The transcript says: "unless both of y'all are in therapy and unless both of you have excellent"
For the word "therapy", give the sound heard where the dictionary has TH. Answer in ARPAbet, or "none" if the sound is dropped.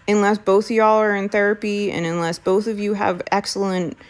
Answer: TH